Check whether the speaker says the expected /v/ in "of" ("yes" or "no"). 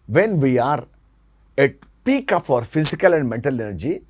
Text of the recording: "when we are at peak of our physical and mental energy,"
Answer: no